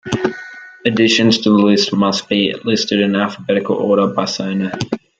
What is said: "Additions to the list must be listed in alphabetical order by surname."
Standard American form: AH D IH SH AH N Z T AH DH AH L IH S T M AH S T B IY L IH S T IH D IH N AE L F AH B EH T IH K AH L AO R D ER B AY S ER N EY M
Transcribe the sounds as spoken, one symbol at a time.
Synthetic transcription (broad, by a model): AH D IH SH AH N Z T AH DH AH L IH S T M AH S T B IY L IH S T IH D IH N AE L F AH B EH T IH K AH L AO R D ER B AY S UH N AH